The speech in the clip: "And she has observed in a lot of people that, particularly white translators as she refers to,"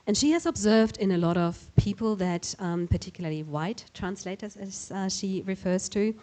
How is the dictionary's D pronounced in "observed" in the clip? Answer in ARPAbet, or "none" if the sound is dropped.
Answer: D